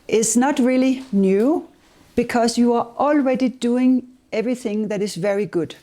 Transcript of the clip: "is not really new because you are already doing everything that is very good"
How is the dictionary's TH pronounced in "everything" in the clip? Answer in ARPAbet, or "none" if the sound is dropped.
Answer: TH